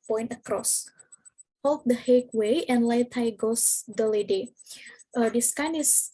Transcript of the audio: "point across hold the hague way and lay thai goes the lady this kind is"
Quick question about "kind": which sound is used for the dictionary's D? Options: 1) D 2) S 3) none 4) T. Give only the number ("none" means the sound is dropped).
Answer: 3